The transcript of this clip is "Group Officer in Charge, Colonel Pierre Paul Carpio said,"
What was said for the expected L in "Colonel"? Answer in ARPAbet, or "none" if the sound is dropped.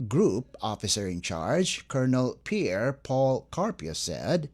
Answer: L